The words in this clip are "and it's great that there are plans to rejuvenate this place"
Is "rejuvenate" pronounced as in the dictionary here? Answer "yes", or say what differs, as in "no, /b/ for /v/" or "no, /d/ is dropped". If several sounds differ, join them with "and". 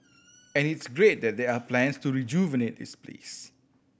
yes